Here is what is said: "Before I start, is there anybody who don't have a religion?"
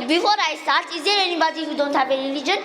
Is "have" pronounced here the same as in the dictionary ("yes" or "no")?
no